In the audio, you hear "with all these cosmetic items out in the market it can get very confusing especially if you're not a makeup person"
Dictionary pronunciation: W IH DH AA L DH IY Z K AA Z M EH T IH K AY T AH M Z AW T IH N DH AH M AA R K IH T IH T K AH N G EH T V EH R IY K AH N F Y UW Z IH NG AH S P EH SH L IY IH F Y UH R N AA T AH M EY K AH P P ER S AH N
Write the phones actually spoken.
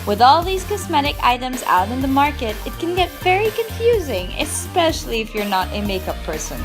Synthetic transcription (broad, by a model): W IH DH AA L DH IY Z K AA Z M EH T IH K AY T AH M Z AW T IH N DH AH M AA R K IH T IH T K AH N G EH T V EH R IY K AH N F Y UW Z IH NG AH S P EH SH L IY IH F Y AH R N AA T AH M EY K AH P P ER S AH N